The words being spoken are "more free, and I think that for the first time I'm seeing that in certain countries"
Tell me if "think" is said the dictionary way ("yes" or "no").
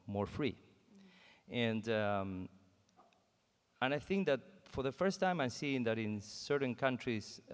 yes